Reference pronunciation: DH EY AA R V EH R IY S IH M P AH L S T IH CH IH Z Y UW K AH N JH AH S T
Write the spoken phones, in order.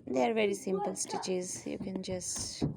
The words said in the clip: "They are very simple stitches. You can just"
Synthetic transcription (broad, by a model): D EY AA R V EH R IY S IH M P AH L S T IH CH IH Z Y UW K AH N JH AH S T